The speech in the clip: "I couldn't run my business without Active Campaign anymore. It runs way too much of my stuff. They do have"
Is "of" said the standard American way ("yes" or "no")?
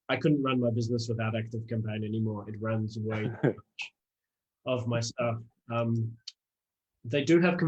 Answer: yes